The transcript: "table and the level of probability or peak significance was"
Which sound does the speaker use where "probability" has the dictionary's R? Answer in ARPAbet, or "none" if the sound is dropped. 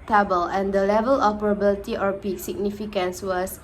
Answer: none